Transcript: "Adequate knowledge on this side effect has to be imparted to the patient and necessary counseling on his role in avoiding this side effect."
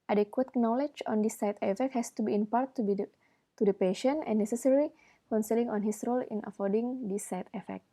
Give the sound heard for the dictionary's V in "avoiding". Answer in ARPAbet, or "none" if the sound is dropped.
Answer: F